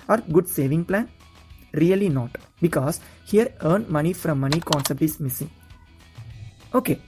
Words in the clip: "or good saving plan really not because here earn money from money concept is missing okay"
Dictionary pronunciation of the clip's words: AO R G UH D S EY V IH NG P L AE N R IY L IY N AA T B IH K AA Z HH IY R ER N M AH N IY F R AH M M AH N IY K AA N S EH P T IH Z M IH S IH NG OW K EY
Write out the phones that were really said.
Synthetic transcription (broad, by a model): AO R G UH D S EY V IH NG P L AE N R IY L IY N AA T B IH K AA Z HH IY R ER N M AH N IY F R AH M M AH N IY K AA N S EH P T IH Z M IH S IH NG OW K EY